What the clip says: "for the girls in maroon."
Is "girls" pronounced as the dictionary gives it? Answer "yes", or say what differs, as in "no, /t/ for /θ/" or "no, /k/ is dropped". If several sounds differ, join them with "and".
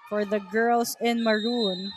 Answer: no, /s/ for /z/